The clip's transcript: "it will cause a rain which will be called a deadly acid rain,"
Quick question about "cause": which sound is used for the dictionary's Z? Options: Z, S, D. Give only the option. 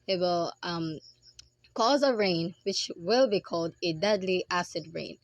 Z